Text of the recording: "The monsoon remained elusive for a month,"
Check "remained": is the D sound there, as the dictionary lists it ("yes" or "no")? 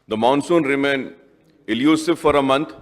no